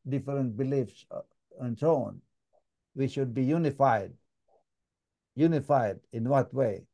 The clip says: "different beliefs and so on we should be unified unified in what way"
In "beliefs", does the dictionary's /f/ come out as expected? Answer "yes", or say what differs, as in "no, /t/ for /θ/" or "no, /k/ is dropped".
yes